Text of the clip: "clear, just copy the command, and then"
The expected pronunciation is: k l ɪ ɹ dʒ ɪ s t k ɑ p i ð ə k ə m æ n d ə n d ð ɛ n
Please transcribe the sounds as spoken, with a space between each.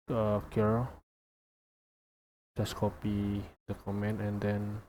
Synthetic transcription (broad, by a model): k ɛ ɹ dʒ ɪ s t k ɑ p i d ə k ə m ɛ n ə n d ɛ n